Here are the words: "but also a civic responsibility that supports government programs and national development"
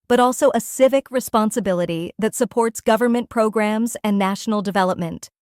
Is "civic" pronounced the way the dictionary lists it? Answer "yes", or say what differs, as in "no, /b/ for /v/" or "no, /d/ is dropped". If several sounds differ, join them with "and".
yes